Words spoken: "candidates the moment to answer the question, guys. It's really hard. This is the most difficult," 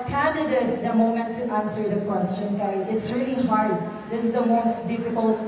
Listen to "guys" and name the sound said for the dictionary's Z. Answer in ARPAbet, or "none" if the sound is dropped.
none